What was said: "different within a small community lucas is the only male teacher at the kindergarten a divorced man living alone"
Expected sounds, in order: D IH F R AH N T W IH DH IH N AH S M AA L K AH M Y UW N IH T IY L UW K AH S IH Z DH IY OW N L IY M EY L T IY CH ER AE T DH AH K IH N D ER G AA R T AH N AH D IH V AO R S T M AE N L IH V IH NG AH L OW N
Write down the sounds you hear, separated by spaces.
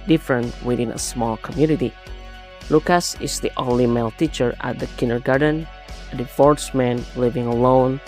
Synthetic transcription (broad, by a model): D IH F R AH N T W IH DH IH N AH S M AA L K AH M Y UW N IH T IY L UW K AH S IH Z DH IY OW N L IY M EY L T IY CH ER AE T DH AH K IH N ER G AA R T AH N AH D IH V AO R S M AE N L IH V IH NG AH L OW N